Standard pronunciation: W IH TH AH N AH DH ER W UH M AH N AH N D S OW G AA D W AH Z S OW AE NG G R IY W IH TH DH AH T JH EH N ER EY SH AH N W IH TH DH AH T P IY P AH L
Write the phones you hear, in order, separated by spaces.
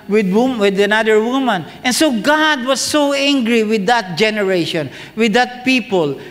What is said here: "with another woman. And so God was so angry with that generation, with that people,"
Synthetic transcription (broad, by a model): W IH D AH N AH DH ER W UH M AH N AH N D S OW G AA D W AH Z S OW AE NG G R IY W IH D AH T JH EH N ER EY SH AH N W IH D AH T P IY P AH L